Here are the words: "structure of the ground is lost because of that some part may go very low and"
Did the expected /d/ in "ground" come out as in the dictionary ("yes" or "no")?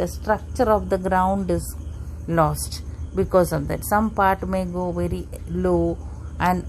yes